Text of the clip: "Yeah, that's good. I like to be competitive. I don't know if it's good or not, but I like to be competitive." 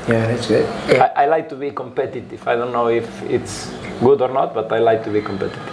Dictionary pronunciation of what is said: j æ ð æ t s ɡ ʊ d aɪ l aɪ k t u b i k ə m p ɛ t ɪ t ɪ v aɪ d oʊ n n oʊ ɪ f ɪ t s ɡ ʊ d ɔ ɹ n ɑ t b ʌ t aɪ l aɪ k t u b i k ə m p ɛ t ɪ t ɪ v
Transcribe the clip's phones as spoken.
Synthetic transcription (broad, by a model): j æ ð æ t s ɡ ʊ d aɪ l aɪ k t u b i k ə m p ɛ t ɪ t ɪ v aɪ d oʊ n n oʊ ɪ f ɪ t s ɡ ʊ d ɔ ɹ n ɑ t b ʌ t aɪ l aɪ k t u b i k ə m p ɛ t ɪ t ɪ